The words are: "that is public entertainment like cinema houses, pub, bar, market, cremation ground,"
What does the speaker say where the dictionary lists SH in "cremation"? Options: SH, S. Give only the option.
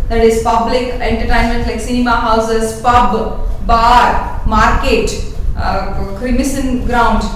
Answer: S